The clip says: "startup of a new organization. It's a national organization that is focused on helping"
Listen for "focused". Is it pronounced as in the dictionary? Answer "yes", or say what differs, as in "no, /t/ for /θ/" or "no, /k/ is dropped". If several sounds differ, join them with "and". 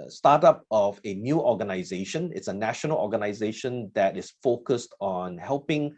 yes